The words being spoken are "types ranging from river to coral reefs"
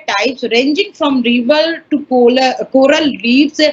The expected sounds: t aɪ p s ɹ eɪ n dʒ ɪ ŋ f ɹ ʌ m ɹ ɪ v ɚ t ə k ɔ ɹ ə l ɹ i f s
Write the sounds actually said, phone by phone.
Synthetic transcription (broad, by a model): t aɪ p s ɹ eɪ n dʒ ɪ ŋ f ɹ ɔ m ɹ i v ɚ t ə k ɔ ɹ ə l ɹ i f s